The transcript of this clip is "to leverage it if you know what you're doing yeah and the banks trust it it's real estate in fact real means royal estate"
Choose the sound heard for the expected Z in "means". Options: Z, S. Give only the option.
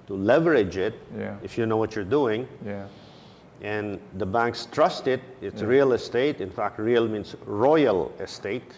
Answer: S